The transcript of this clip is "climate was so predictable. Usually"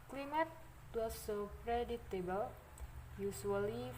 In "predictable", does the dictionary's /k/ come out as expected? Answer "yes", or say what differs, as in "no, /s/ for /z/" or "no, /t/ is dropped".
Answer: no, /k/ is dropped